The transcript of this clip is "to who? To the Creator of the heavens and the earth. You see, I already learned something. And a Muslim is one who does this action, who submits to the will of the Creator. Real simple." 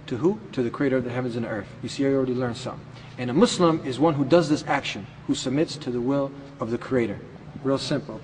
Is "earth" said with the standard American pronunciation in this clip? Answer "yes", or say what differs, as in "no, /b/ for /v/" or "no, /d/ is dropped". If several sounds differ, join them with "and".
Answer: yes